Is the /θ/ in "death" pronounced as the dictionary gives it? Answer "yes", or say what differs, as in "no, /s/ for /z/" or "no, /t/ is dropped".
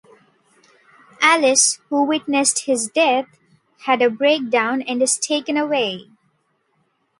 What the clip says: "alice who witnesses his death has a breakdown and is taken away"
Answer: no, /t/ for /θ/